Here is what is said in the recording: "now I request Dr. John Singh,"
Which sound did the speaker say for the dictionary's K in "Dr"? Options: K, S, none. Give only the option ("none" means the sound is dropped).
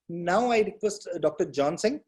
K